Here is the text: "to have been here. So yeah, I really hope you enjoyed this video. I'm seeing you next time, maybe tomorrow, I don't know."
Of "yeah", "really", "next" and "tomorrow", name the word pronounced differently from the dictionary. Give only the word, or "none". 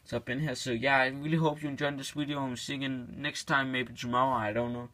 tomorrow